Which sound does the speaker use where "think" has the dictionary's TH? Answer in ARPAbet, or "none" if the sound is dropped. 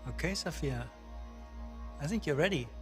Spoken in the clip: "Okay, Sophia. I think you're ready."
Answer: TH